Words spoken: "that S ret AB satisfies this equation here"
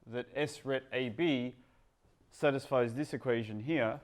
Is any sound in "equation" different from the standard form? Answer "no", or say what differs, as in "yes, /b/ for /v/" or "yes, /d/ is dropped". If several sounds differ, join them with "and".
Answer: no